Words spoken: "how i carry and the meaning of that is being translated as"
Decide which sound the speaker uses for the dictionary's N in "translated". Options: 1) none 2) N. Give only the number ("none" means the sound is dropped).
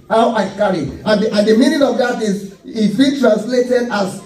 2